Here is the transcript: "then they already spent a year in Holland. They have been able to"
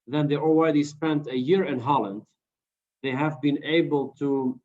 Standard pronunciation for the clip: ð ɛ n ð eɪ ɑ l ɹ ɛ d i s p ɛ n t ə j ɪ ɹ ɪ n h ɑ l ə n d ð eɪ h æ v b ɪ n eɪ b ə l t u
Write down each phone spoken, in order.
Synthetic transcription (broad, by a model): ð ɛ n ð eɪ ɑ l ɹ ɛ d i s p ɛ n t ə j ɪ ɹ ɪ n h ɑ l ə n d ð eɪ h æ v b ɪ n eɪ b ə l t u